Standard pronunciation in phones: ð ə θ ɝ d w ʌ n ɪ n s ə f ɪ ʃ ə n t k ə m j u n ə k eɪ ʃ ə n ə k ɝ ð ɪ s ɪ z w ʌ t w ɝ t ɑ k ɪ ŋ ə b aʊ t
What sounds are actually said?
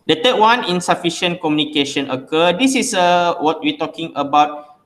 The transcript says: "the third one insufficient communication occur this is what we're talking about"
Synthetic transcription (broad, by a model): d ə t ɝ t w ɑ n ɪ n s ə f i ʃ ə n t k ə m j u n ə k eɪ ʃ ə n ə k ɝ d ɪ s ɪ s w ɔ t w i t ɑ k ɪ ŋ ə b aʊ t